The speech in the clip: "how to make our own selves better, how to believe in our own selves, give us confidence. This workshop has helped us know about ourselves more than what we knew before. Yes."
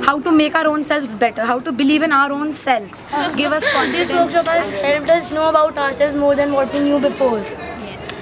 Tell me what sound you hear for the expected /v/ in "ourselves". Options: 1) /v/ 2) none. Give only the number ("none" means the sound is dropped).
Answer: 2